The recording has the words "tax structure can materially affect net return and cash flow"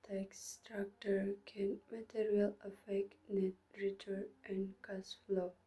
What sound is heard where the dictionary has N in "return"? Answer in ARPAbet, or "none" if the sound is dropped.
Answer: none